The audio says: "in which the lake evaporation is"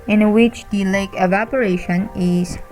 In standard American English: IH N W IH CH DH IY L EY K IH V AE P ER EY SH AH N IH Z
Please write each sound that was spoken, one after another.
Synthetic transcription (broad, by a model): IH N W IH CH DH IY L EY K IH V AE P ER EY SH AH N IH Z